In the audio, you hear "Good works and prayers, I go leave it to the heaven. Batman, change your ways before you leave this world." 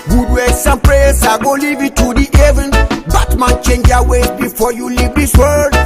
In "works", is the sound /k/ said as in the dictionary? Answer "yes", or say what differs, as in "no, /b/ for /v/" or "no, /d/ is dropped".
no, /k/ is dropped